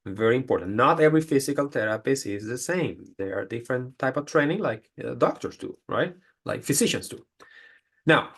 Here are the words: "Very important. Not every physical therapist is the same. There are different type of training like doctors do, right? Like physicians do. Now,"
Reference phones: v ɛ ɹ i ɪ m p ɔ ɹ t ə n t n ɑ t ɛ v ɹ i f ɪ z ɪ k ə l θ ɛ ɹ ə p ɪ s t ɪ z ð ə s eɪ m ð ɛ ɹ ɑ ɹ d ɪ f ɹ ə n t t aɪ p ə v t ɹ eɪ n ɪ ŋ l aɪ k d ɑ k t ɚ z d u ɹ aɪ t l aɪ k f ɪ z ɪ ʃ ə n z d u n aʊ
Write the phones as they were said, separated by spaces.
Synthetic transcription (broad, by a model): v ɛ ɹ i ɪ m p ɔ ɹ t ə n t n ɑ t ɛ v ɹ i f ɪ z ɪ k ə l t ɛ ɹ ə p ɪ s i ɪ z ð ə s eɪ m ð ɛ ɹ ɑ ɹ d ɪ f ɹ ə n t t aɪ p ə v t ɹ eɪ n ɪ ŋ l aɪ k d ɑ k t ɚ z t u ɹ aɪ t l aɪ k f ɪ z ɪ ʃ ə n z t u n aʊ